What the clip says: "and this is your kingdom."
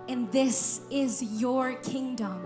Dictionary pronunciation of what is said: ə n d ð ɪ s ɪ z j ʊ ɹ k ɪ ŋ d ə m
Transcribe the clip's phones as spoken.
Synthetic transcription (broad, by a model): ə n ð ɪ s ɪ z j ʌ ɹ k ɪ ŋ d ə m